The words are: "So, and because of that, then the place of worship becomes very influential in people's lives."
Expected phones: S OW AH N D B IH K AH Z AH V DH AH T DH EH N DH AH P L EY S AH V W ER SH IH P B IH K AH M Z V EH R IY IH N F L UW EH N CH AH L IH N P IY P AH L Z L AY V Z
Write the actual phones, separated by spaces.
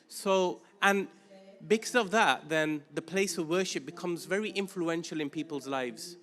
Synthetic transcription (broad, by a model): S OW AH N B IH K AH Z AH V DH AH T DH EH N DH AH P L EY S AH V W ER SH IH P B IH K AH M Z V EH R IY IH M F L UW EH N SH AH L IH N P IY P AH L Z L AY V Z